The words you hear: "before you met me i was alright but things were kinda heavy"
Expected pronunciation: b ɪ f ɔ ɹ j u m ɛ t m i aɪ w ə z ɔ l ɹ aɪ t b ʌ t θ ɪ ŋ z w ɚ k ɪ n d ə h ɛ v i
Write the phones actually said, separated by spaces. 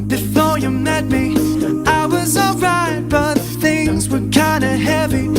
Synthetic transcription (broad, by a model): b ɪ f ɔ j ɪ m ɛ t m i aɪ w ə z ɔ l ɹ aɪ t b ʌ t θ ɪ ŋ z w ɚ k ɪ n d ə h ɛ v i